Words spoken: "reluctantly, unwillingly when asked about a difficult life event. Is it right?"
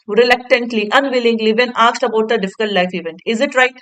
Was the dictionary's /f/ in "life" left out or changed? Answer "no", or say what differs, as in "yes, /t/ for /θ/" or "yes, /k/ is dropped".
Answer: no